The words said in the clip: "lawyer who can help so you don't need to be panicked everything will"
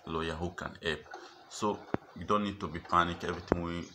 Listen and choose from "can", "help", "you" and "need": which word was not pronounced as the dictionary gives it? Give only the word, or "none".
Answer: help